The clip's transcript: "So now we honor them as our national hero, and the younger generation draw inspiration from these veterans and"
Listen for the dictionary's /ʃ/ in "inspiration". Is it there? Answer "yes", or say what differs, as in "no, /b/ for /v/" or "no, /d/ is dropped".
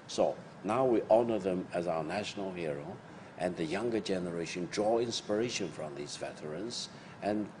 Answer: yes